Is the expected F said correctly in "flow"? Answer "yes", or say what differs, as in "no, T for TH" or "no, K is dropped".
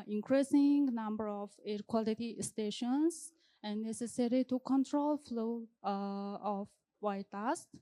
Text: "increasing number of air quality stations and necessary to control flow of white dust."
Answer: yes